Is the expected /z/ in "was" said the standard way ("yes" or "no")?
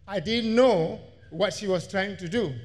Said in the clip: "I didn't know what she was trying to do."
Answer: no